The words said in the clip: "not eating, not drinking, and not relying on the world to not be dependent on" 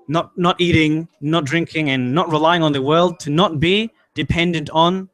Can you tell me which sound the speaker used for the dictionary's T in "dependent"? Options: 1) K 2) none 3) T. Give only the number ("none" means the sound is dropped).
3